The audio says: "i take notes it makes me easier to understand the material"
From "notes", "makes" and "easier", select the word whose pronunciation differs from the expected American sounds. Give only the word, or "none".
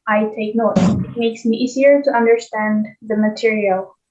notes